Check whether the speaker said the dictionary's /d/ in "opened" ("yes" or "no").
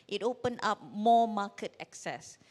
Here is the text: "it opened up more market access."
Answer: no